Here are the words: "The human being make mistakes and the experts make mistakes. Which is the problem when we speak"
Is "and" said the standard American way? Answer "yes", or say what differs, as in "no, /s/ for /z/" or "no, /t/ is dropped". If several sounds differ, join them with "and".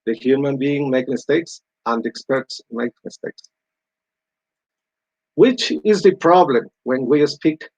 yes